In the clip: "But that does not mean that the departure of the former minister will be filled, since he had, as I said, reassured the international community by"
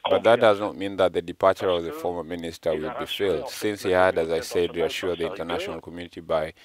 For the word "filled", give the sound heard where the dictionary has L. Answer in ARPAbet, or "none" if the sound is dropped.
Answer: L